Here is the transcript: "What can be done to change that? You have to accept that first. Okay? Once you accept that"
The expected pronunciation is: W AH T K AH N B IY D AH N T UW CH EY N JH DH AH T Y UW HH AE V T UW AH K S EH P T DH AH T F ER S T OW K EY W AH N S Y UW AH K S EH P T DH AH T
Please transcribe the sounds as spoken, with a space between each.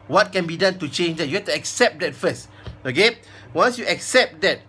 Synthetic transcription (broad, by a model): W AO T K AH N B IY D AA N T UW CH EY N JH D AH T Y UW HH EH F T UW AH K S EH P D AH T F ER S T OW K EY W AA N S Y UW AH K S EH P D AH T